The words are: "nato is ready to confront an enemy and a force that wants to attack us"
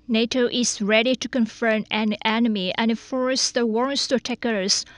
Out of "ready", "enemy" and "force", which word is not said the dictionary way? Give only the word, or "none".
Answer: none